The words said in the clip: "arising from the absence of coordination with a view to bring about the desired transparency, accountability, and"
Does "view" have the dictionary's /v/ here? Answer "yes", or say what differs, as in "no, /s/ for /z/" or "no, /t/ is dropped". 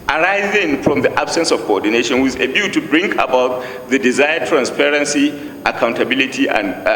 no, /b/ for /v/